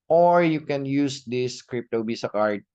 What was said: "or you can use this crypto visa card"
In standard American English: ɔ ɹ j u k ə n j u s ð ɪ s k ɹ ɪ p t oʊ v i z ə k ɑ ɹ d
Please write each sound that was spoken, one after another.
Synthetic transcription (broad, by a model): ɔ ɹ j u k ə n j u s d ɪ s k ɹ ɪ p t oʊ b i s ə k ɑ ɹ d